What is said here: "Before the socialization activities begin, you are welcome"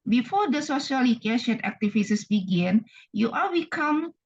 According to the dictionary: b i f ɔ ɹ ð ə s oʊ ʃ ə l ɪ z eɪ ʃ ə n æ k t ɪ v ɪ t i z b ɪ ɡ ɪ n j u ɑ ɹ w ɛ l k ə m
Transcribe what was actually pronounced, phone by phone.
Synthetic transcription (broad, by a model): b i f ɔ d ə s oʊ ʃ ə l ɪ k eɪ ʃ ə n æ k t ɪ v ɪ s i s b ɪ ɡ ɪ n j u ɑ l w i k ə m